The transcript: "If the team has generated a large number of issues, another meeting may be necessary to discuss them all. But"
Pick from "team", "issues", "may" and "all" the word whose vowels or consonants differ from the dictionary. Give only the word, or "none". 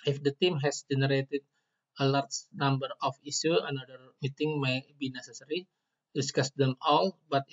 issues